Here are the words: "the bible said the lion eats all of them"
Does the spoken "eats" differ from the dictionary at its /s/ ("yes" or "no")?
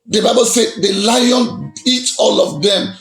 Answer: yes